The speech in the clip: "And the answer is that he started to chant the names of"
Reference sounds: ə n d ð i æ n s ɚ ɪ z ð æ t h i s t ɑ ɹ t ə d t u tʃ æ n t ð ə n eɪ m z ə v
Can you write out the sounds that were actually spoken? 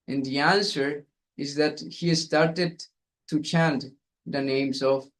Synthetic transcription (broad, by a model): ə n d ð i æ n s ɚ ɪ z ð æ t h i s t ɑ ɹ t ə d t u tʃ æ n t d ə n eɪ m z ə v